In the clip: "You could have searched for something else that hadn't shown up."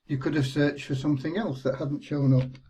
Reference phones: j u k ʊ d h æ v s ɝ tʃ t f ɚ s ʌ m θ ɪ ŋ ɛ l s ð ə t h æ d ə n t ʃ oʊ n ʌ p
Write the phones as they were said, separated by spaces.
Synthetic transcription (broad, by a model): j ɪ k ʊ d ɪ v s ɝ tʃ t f ɚ s ʌ m θ ɪ ŋ ɛ l s ð ə t h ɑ d n t ʃ oʊ n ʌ p